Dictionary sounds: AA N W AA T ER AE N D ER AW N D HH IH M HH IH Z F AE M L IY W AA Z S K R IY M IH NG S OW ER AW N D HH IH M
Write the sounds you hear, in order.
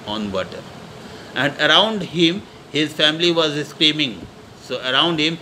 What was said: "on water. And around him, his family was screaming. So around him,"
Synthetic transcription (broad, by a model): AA N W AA T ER AE N D ER AW N D HH IH M HH IH Z F AE M L IY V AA Z S K R IY M IH NG S OW ER AW N D HH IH M